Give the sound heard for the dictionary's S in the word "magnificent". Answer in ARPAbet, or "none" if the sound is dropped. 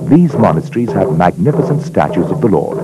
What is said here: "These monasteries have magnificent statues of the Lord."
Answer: S